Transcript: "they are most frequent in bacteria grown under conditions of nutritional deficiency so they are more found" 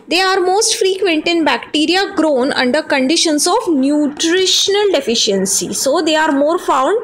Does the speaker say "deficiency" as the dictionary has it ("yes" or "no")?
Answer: yes